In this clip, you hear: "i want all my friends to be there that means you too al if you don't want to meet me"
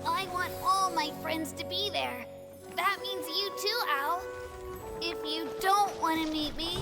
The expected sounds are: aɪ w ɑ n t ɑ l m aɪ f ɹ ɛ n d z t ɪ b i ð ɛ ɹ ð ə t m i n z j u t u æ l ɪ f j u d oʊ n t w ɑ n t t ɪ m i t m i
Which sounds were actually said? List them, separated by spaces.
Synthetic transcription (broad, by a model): aɪ w ɑ n t ɑ l m aɪ f ɹ ɛ n d z t ɪ b i ð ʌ ɹ ð ə t m i n z j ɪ t u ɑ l ɪ f j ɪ d oʊ n t w ɑ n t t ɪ m i t m i